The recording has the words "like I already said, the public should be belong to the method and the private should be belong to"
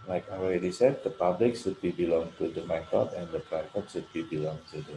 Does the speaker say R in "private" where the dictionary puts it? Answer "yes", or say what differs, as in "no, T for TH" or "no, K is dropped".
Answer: no, R is dropped